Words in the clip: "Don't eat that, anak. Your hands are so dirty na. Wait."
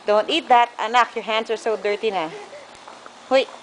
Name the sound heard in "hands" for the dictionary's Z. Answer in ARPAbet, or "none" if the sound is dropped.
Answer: S